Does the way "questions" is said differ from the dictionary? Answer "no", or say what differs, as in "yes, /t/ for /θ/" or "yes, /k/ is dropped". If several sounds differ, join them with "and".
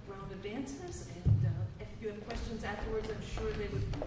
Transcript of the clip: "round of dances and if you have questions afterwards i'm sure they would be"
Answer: no